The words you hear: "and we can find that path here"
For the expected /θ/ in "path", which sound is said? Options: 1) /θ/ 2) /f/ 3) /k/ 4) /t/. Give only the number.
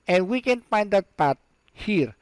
4